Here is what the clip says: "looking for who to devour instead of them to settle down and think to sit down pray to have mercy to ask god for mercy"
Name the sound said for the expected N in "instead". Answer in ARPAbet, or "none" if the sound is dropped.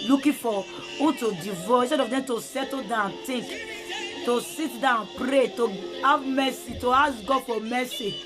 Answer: none